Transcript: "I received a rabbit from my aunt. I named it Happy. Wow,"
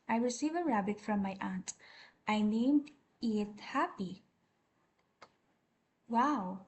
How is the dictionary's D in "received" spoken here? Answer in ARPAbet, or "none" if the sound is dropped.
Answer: none